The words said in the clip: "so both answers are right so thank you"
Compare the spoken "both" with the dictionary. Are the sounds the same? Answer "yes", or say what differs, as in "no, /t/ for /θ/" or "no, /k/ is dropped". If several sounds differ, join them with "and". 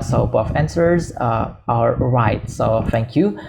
no, /f/ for /θ/